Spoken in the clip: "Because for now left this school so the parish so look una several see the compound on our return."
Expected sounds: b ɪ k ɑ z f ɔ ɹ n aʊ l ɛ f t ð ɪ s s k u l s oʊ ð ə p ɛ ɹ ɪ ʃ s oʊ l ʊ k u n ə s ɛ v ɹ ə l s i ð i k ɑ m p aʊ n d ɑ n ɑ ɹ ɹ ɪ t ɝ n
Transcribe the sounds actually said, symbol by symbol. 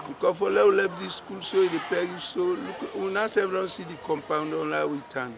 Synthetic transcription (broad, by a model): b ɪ k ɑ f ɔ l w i l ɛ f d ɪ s s k u l s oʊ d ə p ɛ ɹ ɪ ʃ s oʊ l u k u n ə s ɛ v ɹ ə n s i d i k ɑ m p aʊ n d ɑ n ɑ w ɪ t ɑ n